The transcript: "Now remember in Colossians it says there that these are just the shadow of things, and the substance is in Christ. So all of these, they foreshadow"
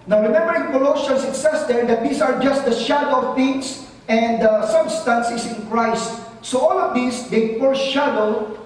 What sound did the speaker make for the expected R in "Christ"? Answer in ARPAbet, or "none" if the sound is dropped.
R